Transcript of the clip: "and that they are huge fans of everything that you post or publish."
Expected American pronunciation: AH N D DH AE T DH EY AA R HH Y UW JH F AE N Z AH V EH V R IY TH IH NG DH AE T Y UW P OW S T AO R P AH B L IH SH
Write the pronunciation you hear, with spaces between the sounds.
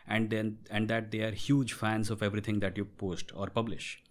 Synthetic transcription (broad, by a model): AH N D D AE T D EY AA R HH Y UW JH F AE N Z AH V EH V R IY T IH NG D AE T Y UW P OW S T AO R P AH B L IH SH